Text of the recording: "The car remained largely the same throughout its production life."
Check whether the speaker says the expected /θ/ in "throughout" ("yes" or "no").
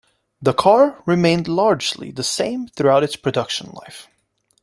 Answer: yes